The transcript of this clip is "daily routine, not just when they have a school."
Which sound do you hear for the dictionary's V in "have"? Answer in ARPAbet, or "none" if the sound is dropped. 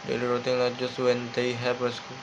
P